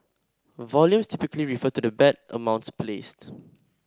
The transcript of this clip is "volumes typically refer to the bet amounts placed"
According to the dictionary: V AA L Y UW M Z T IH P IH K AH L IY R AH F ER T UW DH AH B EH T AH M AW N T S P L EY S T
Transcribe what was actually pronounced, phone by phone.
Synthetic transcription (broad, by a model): V AA L Y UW M S T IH P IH K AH L IY R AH F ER T UW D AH B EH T AH M AW N T S P L EY S T